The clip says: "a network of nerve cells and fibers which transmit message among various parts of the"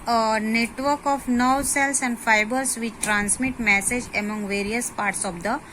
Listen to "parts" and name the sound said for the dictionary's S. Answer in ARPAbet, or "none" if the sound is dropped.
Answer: S